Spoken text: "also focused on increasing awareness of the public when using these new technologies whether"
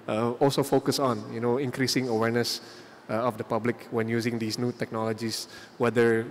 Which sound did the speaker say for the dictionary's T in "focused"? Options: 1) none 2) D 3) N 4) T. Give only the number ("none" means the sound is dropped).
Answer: 1